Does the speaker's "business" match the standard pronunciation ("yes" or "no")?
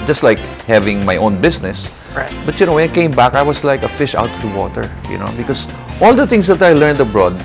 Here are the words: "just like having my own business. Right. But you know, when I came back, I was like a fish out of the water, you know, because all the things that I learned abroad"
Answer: no